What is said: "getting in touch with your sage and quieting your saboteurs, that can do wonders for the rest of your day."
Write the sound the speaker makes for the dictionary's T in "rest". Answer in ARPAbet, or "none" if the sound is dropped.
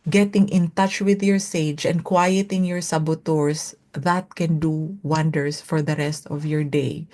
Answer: T